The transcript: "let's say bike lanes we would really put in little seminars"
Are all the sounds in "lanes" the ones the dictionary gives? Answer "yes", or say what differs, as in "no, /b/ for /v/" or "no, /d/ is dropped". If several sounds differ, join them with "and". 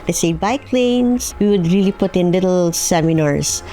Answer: no, /s/ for /z/